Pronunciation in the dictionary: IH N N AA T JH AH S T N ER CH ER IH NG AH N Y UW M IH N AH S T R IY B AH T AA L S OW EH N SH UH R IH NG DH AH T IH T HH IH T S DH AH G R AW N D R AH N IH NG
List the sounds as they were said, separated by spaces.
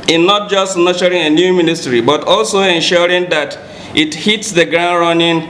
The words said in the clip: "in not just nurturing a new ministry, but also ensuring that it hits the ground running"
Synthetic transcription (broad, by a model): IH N N AA T JH AH S T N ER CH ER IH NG AH N Y UW M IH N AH S T R IY B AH T AA L S OW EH N SH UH R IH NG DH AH T IH T HH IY T S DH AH G R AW N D R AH N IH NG